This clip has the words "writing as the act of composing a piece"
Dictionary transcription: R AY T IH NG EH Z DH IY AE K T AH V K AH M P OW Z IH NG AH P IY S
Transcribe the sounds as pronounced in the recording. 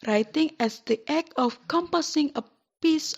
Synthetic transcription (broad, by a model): R AY T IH NG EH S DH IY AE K AH F K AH M P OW S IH NG AH P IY S